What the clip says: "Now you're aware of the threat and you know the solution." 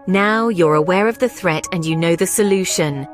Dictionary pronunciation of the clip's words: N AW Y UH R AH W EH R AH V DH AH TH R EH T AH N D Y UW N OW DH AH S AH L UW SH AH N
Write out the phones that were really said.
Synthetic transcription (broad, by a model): N AW Y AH R AH W EH R AH V DH AH TH R EH T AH N Y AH N OW DH AH S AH L UW SH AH N